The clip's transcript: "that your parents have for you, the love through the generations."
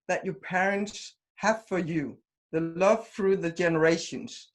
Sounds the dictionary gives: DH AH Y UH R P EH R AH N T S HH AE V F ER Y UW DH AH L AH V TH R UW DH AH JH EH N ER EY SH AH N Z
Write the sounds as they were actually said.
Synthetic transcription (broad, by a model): DH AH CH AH R P EH R AH N T S HH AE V F ER Y UW DH AH L AH V TH R UW DH AH JH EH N ER EY SH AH N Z